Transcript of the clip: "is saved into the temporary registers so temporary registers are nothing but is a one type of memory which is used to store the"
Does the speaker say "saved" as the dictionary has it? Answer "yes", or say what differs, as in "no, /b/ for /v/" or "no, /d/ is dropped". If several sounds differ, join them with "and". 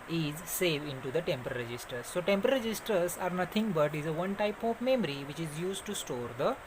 no, /d/ is dropped